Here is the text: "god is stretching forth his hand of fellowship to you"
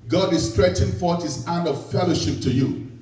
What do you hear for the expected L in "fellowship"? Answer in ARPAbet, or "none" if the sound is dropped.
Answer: L